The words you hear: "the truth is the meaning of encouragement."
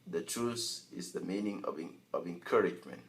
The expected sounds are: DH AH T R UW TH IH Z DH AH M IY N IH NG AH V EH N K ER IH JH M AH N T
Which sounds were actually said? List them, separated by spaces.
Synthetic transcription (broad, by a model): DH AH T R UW S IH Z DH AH M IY N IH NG AH V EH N K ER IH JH M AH N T